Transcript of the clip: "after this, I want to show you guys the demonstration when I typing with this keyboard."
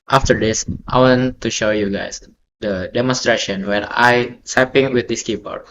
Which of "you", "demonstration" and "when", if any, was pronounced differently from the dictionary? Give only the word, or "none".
when